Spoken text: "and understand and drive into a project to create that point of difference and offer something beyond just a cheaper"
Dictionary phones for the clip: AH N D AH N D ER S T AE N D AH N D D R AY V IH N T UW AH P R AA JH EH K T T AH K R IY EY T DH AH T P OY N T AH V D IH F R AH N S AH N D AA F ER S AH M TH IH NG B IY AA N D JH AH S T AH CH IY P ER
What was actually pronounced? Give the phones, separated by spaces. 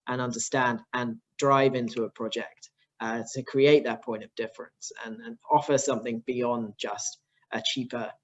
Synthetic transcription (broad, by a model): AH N AH N D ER S T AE N D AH N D D R AY V IH N T UW AH P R AA JH EH K T T AH K R IY EY T DH AH T P OY N T AH V D IH F R AH N S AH N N AA F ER S AH M TH IH NG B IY AA N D JH AH S T AH CH IY P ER